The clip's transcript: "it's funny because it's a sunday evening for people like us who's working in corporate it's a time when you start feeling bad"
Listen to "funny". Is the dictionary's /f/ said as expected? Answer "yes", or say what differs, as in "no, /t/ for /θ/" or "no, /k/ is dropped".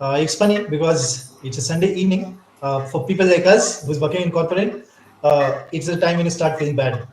no, /p/ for /f/